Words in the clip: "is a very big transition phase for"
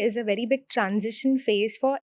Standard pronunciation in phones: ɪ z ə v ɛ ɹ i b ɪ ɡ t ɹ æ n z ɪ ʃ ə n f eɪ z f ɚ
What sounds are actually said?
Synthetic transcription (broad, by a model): ɪ z ə v ɛ ɹ i b ɪ ɡ t ɹ æ n z ɪ ʃ ə n f eɪ z f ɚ